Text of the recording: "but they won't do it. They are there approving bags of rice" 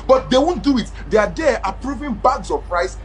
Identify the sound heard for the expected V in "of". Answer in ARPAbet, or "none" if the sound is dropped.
P